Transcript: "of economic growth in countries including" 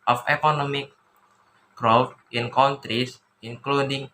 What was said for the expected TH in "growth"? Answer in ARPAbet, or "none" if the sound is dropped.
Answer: F